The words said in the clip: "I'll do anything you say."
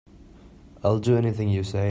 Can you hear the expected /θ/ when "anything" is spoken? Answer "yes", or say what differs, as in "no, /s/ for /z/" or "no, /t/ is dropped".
yes